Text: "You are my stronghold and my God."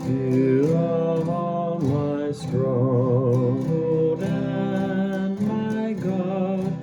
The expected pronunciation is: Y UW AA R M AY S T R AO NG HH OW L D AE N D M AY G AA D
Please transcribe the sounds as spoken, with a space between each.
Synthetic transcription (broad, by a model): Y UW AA L M AY S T R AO HH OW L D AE N M AY G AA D